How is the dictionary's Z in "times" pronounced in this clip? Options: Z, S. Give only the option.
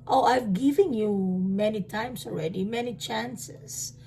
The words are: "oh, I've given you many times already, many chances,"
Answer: S